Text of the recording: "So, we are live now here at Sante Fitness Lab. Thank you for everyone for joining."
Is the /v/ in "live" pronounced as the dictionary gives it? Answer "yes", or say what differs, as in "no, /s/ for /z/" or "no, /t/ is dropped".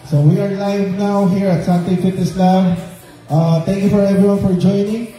yes